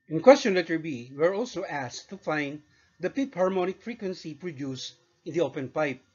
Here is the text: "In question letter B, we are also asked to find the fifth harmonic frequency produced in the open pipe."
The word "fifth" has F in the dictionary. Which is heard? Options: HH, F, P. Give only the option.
P